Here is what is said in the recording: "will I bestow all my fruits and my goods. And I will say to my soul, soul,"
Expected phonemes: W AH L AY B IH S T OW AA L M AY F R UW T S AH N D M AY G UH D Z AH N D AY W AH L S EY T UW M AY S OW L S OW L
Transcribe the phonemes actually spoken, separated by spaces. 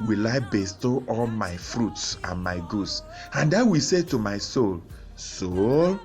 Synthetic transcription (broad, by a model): W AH L AY B IH S T OW AA L M AY F R UW T S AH N M AY G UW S AH N D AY W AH S EY T UW M AY S OW L S OW